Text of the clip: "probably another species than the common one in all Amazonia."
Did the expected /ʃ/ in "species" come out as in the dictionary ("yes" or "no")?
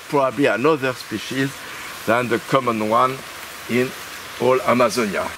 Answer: yes